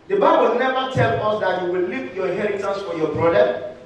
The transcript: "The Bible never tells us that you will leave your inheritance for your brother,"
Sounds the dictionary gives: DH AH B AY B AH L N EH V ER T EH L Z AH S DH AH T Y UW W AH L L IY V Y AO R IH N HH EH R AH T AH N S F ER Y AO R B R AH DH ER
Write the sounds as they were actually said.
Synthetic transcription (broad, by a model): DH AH B AY B AH L N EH V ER T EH L AO S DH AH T Y UW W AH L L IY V Y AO HH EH R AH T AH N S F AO Y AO B R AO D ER